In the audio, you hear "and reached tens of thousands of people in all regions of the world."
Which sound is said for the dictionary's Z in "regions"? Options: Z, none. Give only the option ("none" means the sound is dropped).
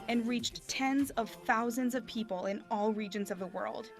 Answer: Z